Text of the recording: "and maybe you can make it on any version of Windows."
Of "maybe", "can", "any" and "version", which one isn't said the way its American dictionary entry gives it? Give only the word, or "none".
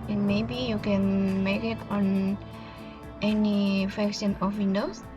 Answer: version